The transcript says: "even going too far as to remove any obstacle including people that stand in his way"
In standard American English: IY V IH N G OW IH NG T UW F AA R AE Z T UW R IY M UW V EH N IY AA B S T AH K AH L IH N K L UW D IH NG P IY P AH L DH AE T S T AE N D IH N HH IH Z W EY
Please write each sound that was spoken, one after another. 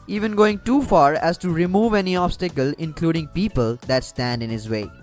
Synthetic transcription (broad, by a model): IY V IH N G OW IH NG T UW F AA R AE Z T UW R IY M UW V EH N IY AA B S T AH K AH L IH N K L UW D IH NG P IY P AH L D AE T S T AE N D IH N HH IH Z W EY